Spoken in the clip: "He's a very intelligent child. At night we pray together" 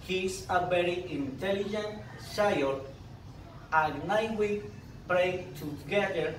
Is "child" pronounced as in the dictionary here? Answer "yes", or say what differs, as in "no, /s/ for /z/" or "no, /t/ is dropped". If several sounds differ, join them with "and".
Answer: no, /d/ is dropped